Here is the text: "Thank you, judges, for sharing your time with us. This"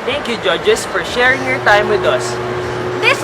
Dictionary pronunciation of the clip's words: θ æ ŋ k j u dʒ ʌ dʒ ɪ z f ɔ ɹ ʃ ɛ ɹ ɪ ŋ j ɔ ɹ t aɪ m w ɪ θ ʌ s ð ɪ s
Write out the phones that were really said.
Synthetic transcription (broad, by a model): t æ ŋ k j u dʒ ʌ dʒ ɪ s f ɔ ɹ ʃ ɛ ɹ ɪ ŋ j ɔ ɹ t aɪ m w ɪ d ʌ s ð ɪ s